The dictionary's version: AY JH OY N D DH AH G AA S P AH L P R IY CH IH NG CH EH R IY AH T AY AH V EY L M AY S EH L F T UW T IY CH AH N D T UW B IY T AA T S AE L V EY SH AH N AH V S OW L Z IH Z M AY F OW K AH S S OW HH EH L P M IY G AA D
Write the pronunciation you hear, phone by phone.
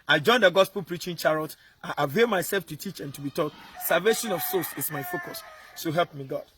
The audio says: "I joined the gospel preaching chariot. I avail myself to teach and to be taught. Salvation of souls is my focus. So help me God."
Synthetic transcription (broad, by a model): AY JH OY N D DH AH G AA S P AH L P R IY CH IH NG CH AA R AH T AY AH V EY L M AY S EH L F T UW T IY CH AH N T UW B IY T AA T S AE L V EY SH AH N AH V S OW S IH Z M AY F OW K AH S S OW HH EH L P M IY G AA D